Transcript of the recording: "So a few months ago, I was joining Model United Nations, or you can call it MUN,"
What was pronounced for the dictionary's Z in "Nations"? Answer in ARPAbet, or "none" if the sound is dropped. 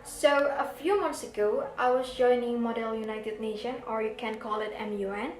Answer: none